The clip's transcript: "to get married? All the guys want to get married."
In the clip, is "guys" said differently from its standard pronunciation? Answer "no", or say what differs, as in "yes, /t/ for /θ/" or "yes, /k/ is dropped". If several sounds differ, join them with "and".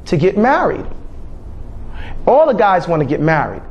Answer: no